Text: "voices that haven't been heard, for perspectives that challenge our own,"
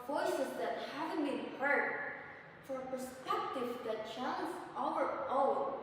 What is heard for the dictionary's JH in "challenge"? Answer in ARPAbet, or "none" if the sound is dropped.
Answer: Z